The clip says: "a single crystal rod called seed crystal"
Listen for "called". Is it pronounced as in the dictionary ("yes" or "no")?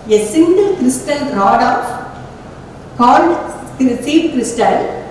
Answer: no